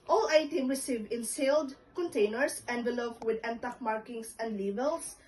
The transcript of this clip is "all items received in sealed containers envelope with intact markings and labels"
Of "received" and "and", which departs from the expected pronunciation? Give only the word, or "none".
received